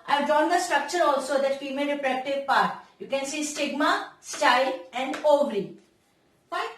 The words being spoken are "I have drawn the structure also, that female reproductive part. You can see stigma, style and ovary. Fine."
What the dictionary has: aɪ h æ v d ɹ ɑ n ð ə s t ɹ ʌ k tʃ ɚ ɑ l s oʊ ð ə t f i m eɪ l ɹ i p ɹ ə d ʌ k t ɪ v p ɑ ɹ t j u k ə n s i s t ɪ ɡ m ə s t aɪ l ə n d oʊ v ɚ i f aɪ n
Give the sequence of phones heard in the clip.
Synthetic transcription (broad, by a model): aɪ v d ɑ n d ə s t ɹ ʌ k tʃ ɚ ɑ l s oʊ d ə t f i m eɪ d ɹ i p ɹ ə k t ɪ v p ɑ ɹ t j u k ə n s i s t ɪ ɡ m ə s t aɪ l ə n d oʊ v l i